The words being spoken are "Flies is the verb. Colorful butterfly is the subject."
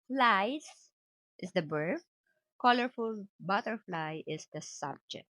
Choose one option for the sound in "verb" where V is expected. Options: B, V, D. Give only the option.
B